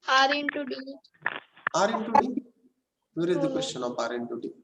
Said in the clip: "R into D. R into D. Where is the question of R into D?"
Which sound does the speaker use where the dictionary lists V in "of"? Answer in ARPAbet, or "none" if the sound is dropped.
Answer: P